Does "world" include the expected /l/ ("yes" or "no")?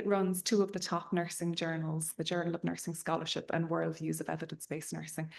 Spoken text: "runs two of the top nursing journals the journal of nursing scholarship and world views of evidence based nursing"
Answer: yes